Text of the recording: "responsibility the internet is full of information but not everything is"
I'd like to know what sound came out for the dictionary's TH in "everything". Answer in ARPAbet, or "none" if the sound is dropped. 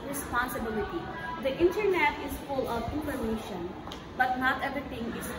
T